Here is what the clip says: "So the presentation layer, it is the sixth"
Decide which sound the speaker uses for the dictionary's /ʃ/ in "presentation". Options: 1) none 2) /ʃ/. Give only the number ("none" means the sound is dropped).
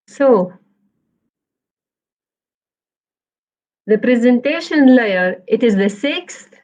2